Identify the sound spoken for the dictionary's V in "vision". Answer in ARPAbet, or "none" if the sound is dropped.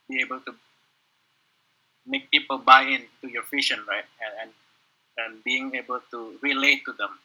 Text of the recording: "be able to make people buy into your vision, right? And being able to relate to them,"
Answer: F